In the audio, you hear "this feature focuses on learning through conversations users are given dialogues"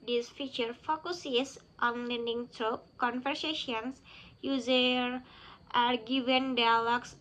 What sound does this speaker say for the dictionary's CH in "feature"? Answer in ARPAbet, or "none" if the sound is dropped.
CH